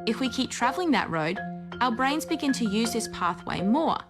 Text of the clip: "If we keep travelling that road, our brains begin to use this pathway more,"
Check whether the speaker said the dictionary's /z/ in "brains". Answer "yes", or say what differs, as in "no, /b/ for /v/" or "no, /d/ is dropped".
yes